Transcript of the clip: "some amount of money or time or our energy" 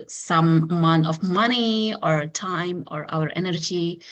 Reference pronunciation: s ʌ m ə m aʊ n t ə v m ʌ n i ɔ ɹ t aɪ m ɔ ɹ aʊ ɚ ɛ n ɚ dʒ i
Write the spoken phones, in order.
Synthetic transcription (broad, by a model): s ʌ m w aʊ n ə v m ʌ n i ɔ ɹ t aɪ m ɔ ɹ aʊ ɚ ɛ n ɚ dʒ i